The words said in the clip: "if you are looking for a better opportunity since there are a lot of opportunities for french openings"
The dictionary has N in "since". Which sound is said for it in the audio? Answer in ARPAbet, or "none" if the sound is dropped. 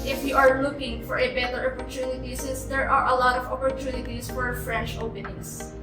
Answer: none